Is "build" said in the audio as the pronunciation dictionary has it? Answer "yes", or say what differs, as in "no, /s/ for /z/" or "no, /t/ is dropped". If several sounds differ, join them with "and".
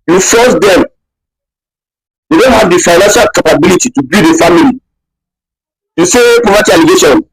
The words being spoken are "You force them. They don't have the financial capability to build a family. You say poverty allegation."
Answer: no, /l/ is dropped